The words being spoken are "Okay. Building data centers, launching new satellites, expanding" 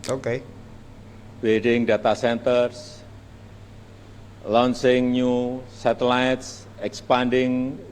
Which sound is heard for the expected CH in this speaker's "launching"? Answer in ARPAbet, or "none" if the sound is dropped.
S